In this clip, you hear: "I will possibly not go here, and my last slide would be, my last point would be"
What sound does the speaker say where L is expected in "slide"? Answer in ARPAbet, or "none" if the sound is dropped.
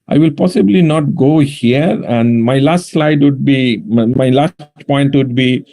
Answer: L